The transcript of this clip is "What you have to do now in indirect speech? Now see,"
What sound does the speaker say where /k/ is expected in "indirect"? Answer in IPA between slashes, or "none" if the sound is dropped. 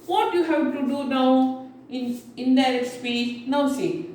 none